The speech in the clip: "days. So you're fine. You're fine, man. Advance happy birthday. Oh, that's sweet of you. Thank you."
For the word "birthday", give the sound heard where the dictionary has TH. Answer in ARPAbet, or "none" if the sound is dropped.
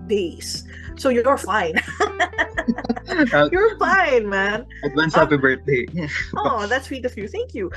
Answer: T